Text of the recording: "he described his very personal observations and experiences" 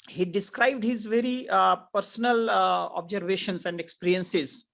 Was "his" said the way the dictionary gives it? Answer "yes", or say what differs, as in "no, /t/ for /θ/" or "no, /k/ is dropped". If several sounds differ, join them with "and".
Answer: yes